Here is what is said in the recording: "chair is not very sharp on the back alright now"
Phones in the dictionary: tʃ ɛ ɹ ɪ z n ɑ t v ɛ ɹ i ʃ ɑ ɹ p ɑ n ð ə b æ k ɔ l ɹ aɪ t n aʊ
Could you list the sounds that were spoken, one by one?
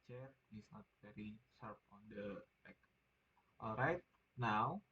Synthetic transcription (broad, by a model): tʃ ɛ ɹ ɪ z n ɑ t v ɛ ɹ i s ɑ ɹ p ɑ n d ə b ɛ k ɔ l ɹ aɪ t n aʊ